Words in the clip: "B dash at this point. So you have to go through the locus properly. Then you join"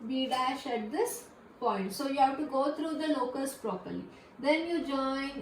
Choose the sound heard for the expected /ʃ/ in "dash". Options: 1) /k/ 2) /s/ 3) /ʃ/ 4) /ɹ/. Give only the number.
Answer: 3